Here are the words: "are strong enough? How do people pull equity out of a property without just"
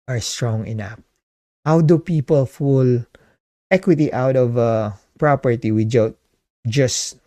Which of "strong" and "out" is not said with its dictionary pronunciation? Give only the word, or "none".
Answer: none